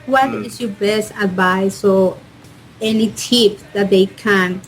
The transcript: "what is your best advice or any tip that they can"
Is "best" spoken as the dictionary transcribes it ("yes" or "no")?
yes